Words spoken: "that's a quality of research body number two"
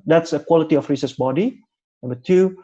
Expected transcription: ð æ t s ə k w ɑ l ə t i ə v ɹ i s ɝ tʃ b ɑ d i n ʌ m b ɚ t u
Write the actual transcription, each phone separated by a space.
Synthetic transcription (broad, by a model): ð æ t s ə k w ɑ l ə t i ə f ɹ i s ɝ s b ɑ d i n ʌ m b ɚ t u